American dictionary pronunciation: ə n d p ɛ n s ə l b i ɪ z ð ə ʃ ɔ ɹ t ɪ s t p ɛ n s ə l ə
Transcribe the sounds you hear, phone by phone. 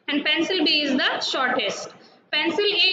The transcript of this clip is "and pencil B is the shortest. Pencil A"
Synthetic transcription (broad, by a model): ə n d p ɛ n s ə l b i ɪ z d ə ʃ ɔ ɹ t ɪ s t p ɛ n s ə l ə